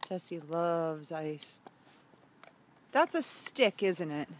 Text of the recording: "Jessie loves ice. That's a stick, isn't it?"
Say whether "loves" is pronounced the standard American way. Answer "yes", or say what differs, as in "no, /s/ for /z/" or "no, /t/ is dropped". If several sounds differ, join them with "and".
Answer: yes